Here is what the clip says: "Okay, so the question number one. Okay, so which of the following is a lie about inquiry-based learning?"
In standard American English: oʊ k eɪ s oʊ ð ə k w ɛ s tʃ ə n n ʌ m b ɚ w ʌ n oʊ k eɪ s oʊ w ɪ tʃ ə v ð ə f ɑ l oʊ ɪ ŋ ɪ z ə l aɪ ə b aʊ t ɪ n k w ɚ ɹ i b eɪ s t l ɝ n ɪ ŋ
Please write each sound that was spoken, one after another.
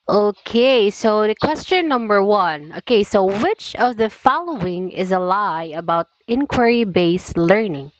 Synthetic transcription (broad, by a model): oʊ k eɪ s oʊ ð ə k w ɛ s tʃ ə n n ʌ m b ɚ w ʌ n oʊ k eɪ s oʊ w ɪ tʃ ə v ð ə f ɑ l oʊ ɪ ŋ ɪ z ə l aɪ ə b aʊ t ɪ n k w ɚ ɹ i b eɪ s l ɝ n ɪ ŋ